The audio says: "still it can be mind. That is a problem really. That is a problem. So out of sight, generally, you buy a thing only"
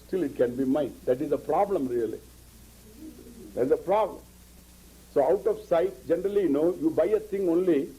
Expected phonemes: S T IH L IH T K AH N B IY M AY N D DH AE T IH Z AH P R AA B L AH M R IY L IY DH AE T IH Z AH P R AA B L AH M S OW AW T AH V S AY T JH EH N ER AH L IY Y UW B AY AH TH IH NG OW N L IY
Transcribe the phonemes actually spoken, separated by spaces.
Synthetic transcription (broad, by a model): S T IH L IH T K AH N B IY M AY N D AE T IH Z AH P R AA B L AH M R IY L IY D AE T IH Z AH P R AA B L AH M S OW AW T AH F S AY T JH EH N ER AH L IY Y UW B AY AH T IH NG OW N L IY